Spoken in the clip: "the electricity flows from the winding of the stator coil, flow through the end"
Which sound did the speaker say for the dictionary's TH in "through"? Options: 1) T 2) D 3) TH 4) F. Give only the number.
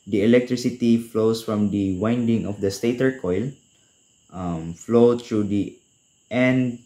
1